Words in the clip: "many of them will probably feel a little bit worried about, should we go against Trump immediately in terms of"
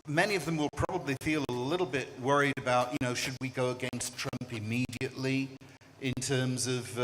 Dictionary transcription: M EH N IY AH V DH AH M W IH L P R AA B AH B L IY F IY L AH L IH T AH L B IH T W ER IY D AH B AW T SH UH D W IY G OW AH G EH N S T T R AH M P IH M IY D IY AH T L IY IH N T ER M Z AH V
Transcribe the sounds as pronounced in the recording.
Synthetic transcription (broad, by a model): M EH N IY AH V DH AH M W IH L P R AA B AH B L IY F IY L AH L IH T L B IH T W ER IY D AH B AW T SH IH D W IY G OW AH G EH N S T T R AH M P IH M IY D IY AH T L IY IH N T ER M Z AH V